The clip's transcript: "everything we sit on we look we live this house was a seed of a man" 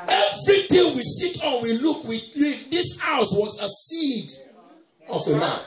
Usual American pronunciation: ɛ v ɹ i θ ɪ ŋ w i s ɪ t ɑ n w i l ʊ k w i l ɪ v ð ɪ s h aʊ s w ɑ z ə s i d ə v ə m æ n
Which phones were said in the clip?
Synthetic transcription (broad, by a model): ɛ v ɹ i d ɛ w i s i t ɑ n w i l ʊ k w i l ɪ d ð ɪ s h aʊ s w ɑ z ə s i d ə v ə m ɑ